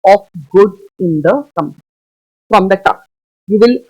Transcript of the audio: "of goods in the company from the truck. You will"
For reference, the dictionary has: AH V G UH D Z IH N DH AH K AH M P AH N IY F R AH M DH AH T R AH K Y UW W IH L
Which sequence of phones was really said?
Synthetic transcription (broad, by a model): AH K G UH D IH N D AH K AH M P AH N IY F R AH M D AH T AH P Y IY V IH L